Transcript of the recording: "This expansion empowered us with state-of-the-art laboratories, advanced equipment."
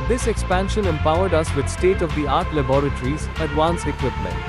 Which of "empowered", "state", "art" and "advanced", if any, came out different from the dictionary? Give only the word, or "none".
advanced